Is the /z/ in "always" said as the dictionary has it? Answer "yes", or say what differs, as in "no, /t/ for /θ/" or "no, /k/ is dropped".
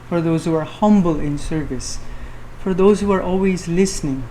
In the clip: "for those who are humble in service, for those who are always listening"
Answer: yes